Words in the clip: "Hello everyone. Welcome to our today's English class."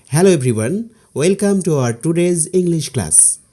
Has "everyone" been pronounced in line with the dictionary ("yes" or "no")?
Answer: no